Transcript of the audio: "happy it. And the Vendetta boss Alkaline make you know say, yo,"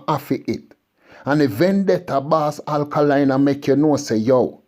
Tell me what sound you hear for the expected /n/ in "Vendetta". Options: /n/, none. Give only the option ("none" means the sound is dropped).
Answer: /n/